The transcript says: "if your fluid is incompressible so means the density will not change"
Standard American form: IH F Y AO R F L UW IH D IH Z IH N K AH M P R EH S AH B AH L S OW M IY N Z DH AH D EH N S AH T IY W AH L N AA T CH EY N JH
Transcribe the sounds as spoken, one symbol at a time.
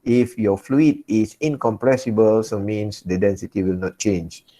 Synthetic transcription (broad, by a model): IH F Y AO F L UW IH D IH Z IH N K AH M P R EH S AH B AH L S OW M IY N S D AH D EH N S AH T IY W AH L N AA T CH EY N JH